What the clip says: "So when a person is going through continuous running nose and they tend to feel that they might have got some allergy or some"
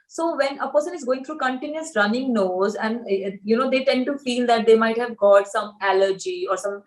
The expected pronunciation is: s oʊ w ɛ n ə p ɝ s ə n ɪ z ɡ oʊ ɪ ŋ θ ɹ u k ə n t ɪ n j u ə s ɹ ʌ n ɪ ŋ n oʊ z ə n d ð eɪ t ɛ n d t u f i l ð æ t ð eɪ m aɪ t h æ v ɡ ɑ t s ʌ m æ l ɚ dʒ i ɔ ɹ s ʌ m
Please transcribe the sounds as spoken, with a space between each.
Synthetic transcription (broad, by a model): s oʊ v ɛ n ə p ɝ s ə n ɪ z ɡ oʊ ɪ ŋ t ɹ u k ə n t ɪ n j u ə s ɹ ʌ n ɪ ŋ n oʊ z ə n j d eɪ t ɛ n d t u f i l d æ t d eɪ m aɪ t h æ v ɡ ɑ t s ʌ m æ l ɚ dʒ i ɔ ɹ s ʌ m